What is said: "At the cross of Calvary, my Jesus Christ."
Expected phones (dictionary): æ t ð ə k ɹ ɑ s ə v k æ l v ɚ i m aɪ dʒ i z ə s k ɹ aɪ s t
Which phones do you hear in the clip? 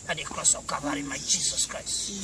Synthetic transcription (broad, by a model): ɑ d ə k ɹ ɑ s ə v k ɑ v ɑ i m aɪ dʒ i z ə s k ɹ aɪ s t